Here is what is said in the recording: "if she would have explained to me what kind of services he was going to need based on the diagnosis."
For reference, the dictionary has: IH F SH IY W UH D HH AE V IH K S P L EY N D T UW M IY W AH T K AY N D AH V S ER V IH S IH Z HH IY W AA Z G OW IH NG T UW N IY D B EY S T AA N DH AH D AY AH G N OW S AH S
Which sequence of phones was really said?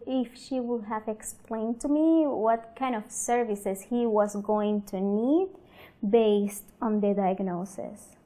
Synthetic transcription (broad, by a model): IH F SH IY W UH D HH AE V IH K S P L EY N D T UW M IY W AH T K AY N D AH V S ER V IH S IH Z HH IY W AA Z G OW IH NG T UW N IY D B EY S T AA N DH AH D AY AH G N OW S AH S